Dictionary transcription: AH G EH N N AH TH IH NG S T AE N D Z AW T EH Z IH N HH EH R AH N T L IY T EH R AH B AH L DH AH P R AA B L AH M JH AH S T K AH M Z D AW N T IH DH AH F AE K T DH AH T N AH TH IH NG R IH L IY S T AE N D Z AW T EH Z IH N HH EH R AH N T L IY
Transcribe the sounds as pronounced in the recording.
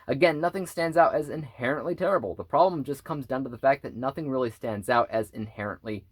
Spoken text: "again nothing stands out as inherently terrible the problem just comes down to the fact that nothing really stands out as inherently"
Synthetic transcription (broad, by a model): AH G EH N N AH TH IH NG S T AE N D Z AW T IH Z IH N HH EH R AH N T L IY T EH R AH B L DH AH P R AA B L AH M JH AH S K AH M Z D AW N T IH DH AH F AE K DH AH T N AH TH IH NG R IH L IY S T AE N D Z AW T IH Z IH N HH EH R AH N T L IY